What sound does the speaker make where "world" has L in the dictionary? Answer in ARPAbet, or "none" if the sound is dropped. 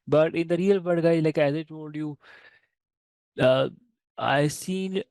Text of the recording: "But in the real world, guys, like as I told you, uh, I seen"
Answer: none